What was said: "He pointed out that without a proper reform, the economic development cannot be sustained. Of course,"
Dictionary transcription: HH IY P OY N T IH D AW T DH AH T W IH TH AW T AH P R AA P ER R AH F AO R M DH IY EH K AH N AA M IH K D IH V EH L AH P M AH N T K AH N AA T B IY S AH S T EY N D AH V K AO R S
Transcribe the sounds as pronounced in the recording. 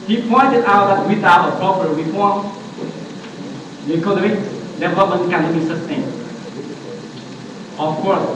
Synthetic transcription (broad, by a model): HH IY P OY N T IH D AW T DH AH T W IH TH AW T AH P R AA P ER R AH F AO R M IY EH K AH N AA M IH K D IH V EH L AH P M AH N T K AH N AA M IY S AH S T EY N AH F K AO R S